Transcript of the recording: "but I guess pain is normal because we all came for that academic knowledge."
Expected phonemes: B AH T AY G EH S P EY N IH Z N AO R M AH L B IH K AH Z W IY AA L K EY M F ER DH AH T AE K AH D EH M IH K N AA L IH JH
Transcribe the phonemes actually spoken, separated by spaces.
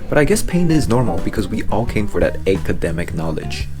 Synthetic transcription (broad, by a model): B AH T AY G EH S P EY N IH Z N AO R M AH L B IH K AH Z W IY AA L K EY M F ER DH AH T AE K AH D EH M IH K N AA L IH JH